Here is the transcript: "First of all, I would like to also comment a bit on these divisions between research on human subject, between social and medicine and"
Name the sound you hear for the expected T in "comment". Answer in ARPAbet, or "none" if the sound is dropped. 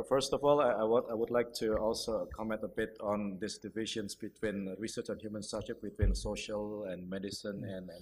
T